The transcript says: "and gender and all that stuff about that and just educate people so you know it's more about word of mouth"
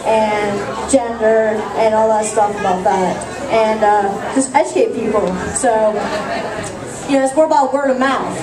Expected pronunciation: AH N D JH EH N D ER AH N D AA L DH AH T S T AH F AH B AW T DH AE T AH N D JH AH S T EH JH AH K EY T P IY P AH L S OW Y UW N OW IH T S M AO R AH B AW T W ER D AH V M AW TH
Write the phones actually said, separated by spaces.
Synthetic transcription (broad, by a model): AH N JH EH N D ER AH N AA L DH AH T S T AH F AH B AW T DH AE T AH N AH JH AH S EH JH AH IH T P IY P L S OW Y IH N OW IH T S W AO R AH B AW T W ER D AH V M AW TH